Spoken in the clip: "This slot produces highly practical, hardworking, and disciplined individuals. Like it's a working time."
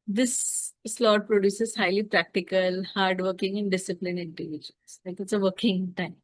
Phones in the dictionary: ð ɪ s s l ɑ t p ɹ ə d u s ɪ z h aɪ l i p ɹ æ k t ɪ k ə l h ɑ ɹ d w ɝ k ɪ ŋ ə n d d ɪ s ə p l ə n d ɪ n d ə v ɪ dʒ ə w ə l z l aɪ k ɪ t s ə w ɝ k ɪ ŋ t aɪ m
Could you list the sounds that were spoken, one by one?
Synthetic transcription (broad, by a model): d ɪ s s l ɑ t p ɹ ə d u s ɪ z h aɪ l i p ɹ æ k t ɪ k ə l h ɑ ɹ d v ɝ k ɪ ŋ ə n d d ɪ s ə p l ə n ɪ n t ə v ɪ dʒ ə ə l s l aɪ k ɪ t s ə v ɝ k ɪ ŋ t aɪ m